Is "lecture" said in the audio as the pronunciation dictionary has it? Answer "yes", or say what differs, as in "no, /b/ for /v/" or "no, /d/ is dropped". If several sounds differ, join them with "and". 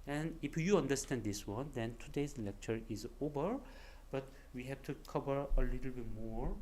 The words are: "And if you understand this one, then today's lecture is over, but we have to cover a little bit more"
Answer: yes